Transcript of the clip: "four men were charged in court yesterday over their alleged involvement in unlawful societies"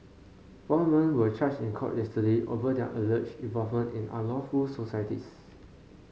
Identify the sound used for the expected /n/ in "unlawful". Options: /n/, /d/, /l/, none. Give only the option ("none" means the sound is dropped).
none